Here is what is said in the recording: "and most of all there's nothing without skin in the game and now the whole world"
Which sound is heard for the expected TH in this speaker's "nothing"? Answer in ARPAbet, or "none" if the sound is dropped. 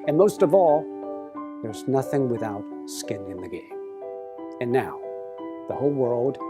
TH